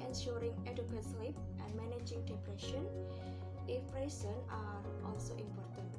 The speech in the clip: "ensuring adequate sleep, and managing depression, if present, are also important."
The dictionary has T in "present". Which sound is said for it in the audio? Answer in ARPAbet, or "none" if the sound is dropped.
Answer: none